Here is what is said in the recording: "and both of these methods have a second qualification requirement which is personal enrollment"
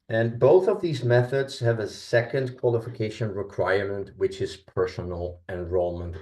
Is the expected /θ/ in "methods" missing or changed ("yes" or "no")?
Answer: no